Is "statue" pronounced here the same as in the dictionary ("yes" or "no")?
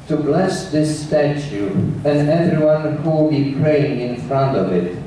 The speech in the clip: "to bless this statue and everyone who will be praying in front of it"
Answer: yes